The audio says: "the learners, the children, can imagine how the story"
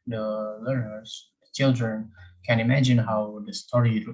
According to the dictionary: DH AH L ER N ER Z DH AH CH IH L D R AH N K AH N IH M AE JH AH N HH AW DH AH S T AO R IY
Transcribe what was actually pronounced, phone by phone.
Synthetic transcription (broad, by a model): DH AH L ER ER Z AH CH IH L D R AH N K AH N IH M AE JH AH N HH AW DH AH S T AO R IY